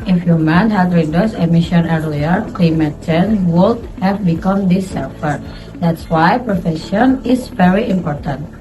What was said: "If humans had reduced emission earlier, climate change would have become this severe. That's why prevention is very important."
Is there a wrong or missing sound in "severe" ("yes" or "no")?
yes